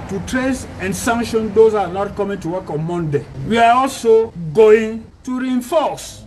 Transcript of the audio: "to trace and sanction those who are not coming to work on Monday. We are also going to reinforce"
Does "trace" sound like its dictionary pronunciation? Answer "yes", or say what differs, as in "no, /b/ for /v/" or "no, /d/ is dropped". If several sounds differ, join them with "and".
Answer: yes